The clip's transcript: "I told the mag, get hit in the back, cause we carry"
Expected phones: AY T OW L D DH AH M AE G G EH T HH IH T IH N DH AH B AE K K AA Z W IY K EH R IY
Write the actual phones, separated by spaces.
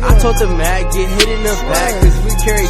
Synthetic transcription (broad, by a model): AY T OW D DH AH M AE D G EH T HH IH T IH N AH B AE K K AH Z W IY K EH R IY